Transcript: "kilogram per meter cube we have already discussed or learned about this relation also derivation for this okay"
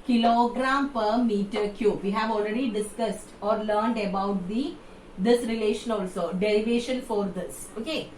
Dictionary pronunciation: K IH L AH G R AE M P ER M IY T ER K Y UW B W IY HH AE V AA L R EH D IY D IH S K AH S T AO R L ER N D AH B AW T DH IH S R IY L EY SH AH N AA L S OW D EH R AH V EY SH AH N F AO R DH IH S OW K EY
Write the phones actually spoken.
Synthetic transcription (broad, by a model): K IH L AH G R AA M P ER M IY T ER K Y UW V IY HH AE V AA L R EH D IY D IH S K AH S T AO R L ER N D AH B AW T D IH S R IY L EY SH AH N AA L S OW D EH R AH V EY SH AH N F AO R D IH S OW K EY